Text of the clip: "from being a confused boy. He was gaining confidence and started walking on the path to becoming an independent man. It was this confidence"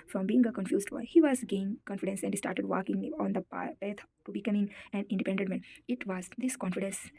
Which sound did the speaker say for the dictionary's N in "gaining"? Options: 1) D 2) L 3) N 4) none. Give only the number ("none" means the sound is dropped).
4